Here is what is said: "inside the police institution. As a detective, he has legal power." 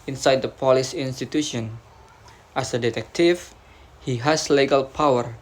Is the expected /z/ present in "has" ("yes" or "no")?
no